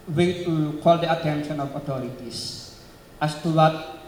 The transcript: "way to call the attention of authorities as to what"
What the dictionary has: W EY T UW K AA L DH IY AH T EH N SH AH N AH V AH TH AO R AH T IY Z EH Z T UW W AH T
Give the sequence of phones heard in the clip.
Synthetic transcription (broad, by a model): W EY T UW K AA L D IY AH T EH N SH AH N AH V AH T AO R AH T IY S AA S T UW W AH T